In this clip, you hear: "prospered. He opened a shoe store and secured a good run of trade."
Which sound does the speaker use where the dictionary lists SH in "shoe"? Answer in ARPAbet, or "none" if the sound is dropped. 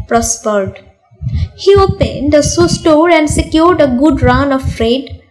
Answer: S